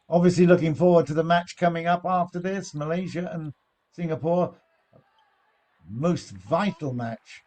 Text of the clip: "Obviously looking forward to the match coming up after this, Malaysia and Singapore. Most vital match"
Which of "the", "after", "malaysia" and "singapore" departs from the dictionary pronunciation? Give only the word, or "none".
none